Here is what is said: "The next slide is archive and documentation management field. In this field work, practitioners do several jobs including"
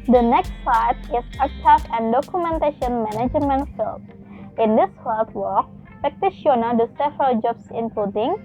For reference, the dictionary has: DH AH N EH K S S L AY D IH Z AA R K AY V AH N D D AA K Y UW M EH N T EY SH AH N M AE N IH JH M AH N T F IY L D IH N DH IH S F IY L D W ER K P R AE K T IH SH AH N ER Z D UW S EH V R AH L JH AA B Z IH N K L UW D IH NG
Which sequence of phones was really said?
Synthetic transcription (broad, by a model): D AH N EH K S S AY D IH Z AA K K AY F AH N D D AA K Y UW M EH N T EY SH AH N M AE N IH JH M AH N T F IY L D IH N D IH S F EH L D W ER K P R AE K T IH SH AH N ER D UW S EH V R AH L JH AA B S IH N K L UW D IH NG